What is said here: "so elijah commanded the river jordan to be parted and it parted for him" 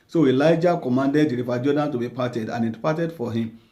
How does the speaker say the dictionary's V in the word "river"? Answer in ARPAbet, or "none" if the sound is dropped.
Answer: F